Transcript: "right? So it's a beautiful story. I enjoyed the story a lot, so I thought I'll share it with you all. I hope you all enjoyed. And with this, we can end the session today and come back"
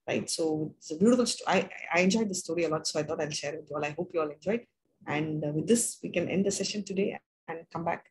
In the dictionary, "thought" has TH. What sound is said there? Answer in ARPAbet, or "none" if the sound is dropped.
T